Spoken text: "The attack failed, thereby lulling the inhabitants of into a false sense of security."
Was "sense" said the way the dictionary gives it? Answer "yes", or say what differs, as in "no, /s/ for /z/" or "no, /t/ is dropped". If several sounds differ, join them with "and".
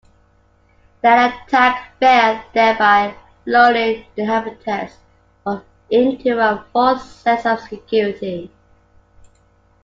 no, /n/ is dropped